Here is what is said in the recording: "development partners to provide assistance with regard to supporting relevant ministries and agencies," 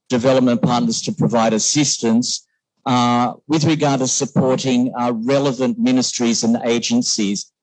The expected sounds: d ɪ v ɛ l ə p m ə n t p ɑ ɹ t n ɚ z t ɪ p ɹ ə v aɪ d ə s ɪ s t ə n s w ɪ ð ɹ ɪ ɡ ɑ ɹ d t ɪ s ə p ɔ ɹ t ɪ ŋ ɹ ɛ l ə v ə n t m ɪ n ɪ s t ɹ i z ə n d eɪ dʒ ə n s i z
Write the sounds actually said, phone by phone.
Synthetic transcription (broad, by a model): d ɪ v ɛ l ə p m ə n p ɑ ɹ t n ɚ z t ɪ p ɹ ə v aɪ d ə s ɪ s t ə n s w ɪ ð ɹ ɪ ɡ ɑ ɹ d t ɪ s ə p ɔ ɹ t ɪ ŋ ɹ ɛ l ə v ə n m ɪ n ɪ s t ɹ i z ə n eɪ dʒ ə n s i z